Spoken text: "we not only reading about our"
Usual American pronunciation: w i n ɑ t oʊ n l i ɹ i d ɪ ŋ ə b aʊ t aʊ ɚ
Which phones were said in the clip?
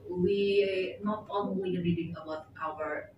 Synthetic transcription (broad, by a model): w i n ɑ t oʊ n n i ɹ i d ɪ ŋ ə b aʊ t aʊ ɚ